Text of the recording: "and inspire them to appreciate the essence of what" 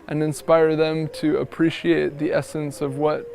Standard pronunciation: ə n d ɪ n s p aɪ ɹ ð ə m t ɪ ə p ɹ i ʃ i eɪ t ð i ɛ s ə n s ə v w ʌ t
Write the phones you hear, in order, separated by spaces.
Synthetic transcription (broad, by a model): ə n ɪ n s p aɪ ɹ ð ə m t ɪ ə p ɹ i ʃ i eɪ t ð i ɛ s ə n s ə v w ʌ t